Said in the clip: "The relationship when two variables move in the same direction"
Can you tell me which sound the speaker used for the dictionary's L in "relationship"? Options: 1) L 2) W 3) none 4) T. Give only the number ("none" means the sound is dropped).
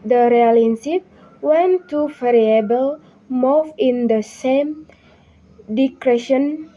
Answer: 3